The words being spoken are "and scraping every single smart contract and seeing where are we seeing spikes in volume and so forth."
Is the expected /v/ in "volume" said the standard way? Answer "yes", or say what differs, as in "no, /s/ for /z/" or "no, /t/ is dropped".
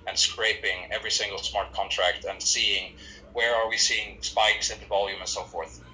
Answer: yes